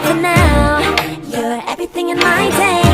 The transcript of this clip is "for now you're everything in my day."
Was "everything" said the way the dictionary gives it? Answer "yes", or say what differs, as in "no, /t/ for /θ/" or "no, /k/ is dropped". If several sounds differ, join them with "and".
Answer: yes